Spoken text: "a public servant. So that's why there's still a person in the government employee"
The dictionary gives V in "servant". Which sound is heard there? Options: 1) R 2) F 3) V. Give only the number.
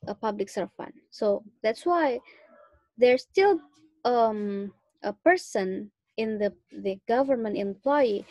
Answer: 2